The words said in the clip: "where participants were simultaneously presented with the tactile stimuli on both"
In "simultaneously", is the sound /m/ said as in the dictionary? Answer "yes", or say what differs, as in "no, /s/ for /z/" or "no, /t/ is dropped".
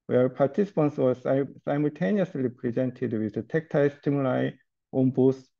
yes